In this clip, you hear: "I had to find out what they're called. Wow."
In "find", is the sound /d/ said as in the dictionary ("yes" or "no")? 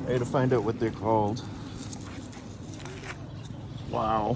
yes